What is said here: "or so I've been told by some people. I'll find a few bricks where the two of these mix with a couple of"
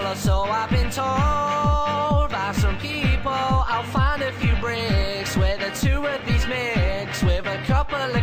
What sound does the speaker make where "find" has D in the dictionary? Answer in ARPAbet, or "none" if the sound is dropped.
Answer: D